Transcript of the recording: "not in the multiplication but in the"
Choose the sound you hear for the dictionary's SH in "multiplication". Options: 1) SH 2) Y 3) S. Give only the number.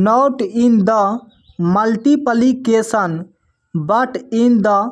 3